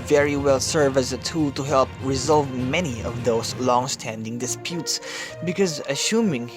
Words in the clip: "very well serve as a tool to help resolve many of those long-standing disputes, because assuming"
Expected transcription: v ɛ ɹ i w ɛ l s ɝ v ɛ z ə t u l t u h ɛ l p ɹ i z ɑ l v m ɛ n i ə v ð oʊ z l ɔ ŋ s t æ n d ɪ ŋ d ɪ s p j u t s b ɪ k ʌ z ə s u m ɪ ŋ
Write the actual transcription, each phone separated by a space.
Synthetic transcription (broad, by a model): v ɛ ɹ i w ɛ l s ɝ v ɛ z ə t u l t u h ɛ l p ɹ i z ɑ l v m ɛ n i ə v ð oʊ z l ɔ ŋ s t æ n d ɪ ŋ d ɪ s p j u t s b ɪ k ʌ z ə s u m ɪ ŋ